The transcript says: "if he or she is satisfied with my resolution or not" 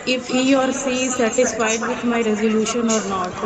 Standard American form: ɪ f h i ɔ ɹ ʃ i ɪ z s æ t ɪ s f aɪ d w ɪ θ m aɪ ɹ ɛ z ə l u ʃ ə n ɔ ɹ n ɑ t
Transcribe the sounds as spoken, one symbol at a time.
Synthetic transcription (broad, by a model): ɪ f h i ɔ ɹ s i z s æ t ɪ s f aɪ d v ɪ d m aɪ ɹ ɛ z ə l u ʃ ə n ɔ ɹ n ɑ t